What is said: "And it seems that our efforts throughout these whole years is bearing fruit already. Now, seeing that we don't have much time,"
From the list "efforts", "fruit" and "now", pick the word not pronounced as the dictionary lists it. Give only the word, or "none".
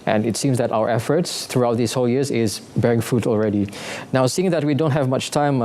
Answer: fruit